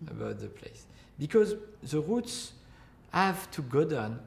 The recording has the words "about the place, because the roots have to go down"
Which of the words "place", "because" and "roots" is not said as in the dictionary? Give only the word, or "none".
none